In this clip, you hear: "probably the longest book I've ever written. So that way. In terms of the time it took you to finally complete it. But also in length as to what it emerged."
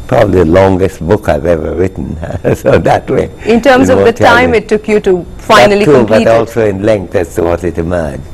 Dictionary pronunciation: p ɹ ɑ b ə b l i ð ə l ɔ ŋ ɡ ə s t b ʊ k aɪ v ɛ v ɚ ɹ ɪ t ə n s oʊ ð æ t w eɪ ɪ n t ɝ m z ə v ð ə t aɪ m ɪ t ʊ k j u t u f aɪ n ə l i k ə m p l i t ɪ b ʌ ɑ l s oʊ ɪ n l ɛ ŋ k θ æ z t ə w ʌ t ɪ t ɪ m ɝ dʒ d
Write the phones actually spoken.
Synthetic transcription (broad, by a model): p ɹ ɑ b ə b l i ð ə l ɔ ŋ ɡ ə s t b ʊ k aɪ v ɛ v ɚ ɹ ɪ t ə n s oʊ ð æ t w eɪ ɪ n t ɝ m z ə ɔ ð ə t aɪ m ɪ t ʊ k j u t u f aɪ n ə l i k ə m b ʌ ɪ ɑ l s oʊ ɪ n l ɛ ŋ k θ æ s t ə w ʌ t ɪ t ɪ m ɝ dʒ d